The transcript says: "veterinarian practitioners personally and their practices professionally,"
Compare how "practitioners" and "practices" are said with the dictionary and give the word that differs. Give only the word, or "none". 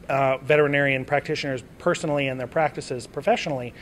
none